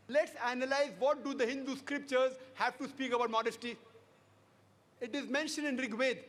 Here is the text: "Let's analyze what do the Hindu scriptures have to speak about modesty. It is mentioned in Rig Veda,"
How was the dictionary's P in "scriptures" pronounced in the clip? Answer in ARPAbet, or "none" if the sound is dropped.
P